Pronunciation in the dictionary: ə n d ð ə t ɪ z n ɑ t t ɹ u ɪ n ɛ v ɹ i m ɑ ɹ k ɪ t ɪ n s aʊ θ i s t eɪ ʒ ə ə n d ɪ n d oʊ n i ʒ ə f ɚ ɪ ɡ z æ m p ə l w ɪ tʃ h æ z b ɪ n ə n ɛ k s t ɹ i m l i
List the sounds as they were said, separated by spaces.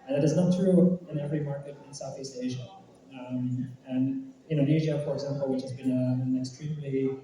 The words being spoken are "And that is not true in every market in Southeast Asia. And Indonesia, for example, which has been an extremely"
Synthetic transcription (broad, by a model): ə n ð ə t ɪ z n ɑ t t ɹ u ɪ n ɛ v ɹ i m ɑ ɹ k ɪ t ɪ n s aʊ θ i s t eɪ ʒ ə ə n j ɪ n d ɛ ɪ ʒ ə f ɚ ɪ ɡ z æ m p l w ɪ tʃ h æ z b ɪ n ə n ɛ k s t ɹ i m l i